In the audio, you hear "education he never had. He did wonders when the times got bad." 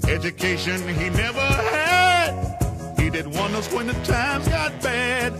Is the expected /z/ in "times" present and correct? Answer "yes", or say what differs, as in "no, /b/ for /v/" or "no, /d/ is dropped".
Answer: yes